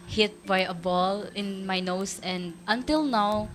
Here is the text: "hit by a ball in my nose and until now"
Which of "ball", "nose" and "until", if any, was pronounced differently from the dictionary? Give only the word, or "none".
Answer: nose